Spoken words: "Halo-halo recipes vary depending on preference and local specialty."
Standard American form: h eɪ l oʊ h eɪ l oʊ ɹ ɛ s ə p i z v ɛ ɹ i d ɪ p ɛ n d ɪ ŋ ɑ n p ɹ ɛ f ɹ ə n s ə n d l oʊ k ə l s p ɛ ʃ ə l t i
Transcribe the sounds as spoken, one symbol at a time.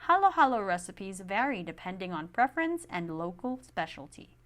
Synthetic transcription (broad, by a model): h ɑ l oʊ h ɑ l oʊ ɹ ɛ s ə p i z v ɛ ɹ i d ɪ p ɛ n d ɪ ŋ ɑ n p ɹ ɛ f ɹ ə n s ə n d l oʊ k ə l s p ɛ ʃ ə l t i